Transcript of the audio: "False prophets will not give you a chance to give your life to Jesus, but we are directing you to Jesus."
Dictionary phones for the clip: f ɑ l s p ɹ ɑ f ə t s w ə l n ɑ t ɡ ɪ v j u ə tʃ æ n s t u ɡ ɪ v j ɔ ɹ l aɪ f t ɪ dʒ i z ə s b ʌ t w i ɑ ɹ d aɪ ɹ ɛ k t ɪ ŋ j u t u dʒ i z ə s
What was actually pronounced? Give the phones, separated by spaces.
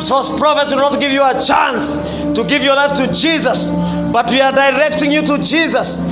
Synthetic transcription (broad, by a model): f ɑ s p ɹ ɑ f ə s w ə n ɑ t ɡ ɪ v j u ə tʃ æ n s t u ɡ ɪ v j ɔ ɹ l aɪ f t ɪ dʒ i z ə s b ʌ t w i ɑ ɹ d aɪ ɹ ɛ k t ɪ ŋ j u t u dʒ i z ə s